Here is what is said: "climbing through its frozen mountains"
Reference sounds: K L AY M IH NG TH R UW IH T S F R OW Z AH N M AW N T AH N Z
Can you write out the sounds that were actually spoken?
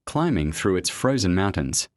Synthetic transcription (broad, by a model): K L AY M IH NG TH R UW IH T S F R OW Z AH N M AW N T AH N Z